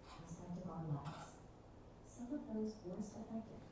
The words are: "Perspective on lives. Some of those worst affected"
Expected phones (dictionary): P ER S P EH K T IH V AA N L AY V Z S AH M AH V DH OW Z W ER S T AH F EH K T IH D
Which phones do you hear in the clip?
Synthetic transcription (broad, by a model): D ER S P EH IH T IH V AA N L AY Z S AH M AH V DH OW Z W ER S T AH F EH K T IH